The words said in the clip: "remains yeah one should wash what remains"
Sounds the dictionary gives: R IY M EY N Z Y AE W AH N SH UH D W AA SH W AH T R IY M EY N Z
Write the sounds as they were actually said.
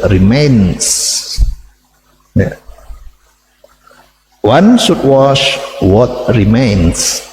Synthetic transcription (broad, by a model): R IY M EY N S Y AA W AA N S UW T W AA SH W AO T R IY M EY N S